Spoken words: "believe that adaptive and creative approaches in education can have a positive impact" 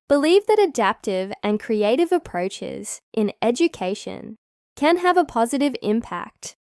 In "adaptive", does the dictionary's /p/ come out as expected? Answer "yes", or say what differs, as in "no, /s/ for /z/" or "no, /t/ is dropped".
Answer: yes